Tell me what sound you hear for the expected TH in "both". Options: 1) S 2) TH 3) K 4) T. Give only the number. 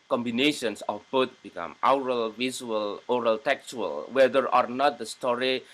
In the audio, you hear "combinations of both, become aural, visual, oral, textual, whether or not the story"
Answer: 4